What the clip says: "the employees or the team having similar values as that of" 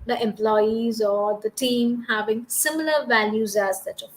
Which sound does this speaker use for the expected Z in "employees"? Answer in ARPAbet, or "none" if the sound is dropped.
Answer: Z